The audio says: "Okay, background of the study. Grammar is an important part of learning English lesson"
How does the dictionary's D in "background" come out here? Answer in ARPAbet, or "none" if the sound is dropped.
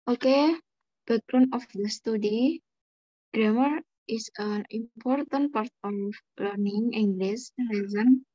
none